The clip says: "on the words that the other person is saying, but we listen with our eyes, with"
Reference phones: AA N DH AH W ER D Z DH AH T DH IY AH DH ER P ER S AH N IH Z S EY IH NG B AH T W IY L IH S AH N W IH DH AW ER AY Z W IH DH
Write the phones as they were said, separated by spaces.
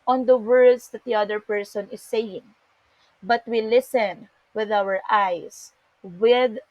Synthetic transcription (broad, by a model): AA N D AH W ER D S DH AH T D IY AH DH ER P ER S AH N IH S EY IH NG B AH T W IY L IH S AH N W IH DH AW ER AY S W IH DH